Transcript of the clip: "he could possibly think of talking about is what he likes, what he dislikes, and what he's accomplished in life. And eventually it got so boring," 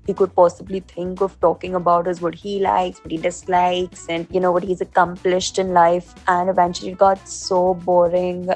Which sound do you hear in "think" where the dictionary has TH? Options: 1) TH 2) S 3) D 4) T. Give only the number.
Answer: 4